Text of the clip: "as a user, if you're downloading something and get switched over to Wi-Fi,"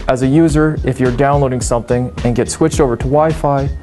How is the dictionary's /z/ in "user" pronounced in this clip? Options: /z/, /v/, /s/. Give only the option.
/z/